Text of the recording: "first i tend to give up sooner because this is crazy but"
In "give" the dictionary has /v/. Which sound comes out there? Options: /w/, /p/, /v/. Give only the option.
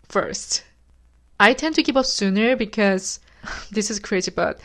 /p/